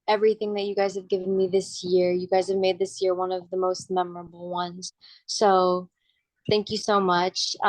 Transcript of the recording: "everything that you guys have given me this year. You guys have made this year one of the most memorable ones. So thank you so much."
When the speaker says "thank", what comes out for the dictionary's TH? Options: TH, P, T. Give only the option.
TH